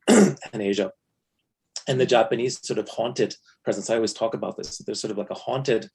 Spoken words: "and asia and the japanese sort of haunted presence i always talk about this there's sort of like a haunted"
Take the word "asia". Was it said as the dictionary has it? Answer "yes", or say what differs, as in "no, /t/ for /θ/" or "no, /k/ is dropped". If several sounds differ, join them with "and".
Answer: yes